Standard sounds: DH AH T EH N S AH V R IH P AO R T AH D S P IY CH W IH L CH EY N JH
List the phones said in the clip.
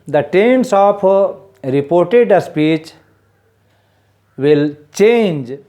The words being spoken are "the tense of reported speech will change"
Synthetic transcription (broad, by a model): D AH T EH N S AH P R IH P AO R T AH D S P IY CH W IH L CH EY N JH